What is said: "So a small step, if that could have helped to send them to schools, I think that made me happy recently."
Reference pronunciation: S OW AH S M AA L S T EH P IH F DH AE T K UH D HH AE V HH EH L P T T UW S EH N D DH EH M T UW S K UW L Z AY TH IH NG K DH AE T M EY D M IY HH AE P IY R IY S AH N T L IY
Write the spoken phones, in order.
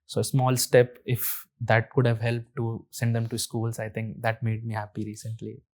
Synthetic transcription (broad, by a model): S OW AH S M AA L S T EH P IH F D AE T K UH D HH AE V HH EH L P T T UW S EH N D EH M T UW S K UW L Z AY T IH NG K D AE T M EY D M IY HH AE P IY R IY S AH N T L IY